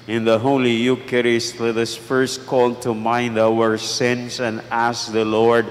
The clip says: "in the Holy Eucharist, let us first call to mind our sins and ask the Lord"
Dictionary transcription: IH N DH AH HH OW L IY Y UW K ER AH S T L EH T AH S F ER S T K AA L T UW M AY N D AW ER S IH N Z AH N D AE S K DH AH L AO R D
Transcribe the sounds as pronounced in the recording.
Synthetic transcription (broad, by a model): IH N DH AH HH OW L IY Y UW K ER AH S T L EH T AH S F ER S T K AA L T UW M AY N D AW ER S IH N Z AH N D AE S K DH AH L AO R D